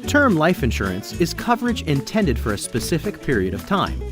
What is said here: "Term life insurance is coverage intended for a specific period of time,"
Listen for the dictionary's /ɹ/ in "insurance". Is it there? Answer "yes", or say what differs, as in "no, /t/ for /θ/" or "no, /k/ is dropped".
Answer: yes